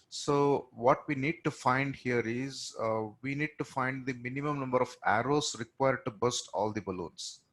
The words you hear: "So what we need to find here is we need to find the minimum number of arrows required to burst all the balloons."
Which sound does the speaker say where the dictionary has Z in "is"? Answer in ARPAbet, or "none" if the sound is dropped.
Z